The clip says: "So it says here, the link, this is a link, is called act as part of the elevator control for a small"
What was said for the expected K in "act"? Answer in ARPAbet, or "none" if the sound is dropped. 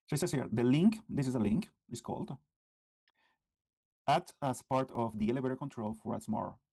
none